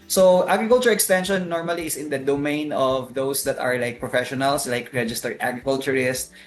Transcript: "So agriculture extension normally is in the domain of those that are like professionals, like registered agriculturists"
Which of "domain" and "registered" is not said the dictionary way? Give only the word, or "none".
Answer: registered